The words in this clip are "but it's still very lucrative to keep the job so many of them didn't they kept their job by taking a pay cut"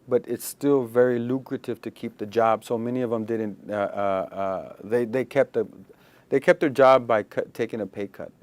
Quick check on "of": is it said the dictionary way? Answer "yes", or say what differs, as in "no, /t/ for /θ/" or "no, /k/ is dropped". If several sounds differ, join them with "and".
yes